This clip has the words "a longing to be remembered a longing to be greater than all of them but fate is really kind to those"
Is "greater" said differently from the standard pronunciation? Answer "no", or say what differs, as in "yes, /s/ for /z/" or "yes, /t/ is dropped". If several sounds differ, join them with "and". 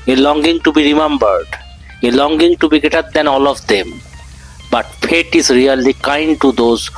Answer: yes, /ɹ/ is dropped